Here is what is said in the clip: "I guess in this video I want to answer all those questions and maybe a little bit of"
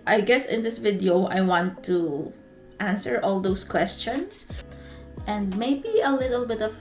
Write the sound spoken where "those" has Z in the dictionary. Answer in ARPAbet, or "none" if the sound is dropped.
S